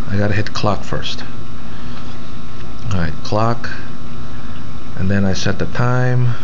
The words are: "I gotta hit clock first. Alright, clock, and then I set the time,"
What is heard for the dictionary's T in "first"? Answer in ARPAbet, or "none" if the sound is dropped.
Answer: T